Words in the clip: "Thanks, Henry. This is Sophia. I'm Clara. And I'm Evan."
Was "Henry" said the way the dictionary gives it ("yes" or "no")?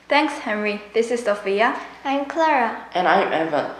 yes